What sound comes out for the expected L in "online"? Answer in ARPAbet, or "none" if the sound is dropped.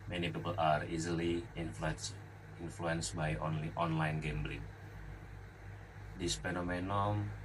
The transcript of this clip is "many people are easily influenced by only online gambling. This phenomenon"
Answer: L